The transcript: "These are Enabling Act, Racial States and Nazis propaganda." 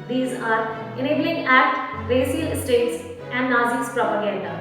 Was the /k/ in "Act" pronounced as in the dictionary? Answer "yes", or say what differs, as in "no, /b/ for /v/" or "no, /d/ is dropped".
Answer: no, /k/ is dropped